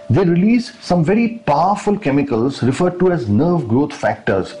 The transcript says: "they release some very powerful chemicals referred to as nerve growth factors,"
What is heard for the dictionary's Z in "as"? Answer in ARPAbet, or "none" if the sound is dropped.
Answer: Z